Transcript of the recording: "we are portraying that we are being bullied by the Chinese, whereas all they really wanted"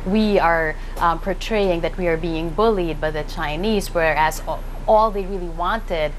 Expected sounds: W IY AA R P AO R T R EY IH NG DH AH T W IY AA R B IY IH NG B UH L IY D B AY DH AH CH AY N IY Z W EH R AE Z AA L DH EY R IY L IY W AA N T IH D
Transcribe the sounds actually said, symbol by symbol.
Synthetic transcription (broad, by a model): W IY AA R P AO R T R EY IH NG DH AH T W IY AA R B IY IH NG B UH L IY D B AY DH AH CH AY N IY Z W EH R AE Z AA L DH EY R IY L IY W AA N T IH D